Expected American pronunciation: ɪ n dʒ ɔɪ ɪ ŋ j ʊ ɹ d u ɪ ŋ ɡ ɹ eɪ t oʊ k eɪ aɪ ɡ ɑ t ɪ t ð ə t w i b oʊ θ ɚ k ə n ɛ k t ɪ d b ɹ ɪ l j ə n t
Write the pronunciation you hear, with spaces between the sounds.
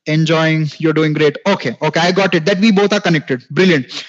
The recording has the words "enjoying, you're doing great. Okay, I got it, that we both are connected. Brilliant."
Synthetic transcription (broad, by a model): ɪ n dʒ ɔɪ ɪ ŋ j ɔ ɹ d u ɪ ŋ ɡ ɹ eɪ t oʊ k eɪ aɪ ɡ ɑ t ɪ t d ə t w i b oʊ t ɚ k ə n ɛ k t ɪ d b ɹ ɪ l j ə n t